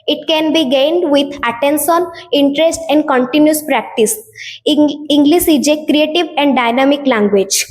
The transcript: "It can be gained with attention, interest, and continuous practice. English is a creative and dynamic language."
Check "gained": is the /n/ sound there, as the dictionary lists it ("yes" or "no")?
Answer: yes